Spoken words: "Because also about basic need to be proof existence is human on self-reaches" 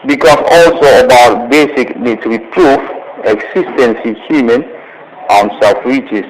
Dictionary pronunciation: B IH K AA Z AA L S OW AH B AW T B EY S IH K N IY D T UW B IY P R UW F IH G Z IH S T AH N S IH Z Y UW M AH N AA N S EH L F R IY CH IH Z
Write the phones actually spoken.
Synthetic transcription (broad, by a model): B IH K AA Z AA L S OW AH B AW T B EY S IH K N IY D T UW B IY P R UW F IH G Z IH S T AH N S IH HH Y UW M AH N AA N S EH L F R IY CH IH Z